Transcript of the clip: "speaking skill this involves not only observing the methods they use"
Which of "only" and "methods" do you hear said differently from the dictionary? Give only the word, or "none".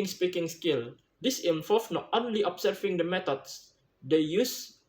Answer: methods